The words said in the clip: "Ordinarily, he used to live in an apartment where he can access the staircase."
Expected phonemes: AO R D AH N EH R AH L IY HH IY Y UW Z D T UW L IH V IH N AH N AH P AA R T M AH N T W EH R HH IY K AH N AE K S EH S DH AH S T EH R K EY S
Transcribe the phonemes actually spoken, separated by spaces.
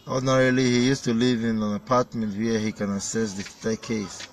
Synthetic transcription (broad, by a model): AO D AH N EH R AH L IY HH IY Y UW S T UW L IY V IH N AH N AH P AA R T M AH N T W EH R HH IY K AH N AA S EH S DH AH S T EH K EY S